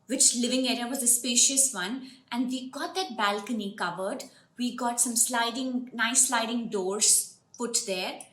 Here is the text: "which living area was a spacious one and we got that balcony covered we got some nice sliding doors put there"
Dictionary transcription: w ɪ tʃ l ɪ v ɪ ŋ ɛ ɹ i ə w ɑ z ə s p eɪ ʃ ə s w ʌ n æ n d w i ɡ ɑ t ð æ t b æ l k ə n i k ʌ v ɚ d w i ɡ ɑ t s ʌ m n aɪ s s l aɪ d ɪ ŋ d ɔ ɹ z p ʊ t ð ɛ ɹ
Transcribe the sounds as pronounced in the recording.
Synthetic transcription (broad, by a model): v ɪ tʃ l ɪ v ɪ ŋ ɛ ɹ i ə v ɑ z ə s p eɪ ʃ ə s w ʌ n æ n d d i ɡ ɑ t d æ t b æ l k ə n i k ʌ v ɚ d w i ɡ ɑ t s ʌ m l aɪ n s l aɪ d ɪ ŋ d ɔ ɹ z p ʊ t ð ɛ ɹ